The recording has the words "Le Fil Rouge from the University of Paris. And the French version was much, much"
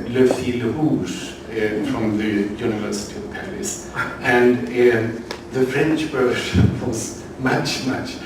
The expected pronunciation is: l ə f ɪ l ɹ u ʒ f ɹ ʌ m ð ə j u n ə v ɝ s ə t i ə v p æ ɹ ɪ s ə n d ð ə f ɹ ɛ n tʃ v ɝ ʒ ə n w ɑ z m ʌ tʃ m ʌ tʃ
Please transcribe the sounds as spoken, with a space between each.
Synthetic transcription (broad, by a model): l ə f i l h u s f ɹ ʌ m ð ə j u n ə v ɝ s ə t i ə v p æ ɹ ɪ s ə n ð ə f ɹ ɛ n tʃ b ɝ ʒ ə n w ɑ z m ʌ tʃ m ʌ tʃ